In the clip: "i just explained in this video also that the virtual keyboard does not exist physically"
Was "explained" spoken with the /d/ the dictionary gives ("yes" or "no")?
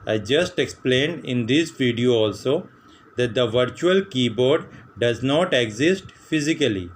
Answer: yes